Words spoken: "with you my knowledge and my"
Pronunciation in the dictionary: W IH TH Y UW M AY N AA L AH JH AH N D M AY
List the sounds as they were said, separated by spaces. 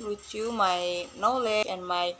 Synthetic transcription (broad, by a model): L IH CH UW M AY N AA L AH AH N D M AY